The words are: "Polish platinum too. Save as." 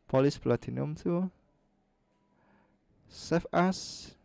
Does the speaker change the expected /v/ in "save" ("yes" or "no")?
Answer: yes